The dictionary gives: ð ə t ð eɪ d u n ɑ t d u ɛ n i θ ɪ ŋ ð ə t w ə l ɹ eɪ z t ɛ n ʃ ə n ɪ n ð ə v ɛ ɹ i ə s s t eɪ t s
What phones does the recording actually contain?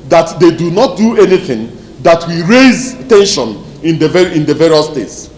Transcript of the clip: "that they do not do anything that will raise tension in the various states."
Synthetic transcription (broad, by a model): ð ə t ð eɪ d u n ɑ t d u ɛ n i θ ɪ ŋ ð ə t w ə ɹ eɪ z t ɛ n ʃ ə n ɪ n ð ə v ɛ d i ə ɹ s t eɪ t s